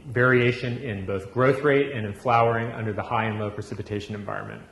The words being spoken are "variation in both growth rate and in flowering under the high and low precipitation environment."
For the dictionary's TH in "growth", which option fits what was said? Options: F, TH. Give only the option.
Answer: TH